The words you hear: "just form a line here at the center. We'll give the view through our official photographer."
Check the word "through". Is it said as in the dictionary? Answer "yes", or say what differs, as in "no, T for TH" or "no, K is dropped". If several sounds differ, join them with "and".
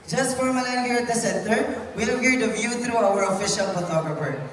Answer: no, T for TH